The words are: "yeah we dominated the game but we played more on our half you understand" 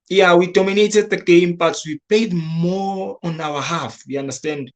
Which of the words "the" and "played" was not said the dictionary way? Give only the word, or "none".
played